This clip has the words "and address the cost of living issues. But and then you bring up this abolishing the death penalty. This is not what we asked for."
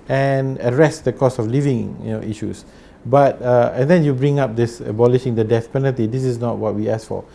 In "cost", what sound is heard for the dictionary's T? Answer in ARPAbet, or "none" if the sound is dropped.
none